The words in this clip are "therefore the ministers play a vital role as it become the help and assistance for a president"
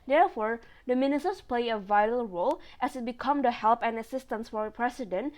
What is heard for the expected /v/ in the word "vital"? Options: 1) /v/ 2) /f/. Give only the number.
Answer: 1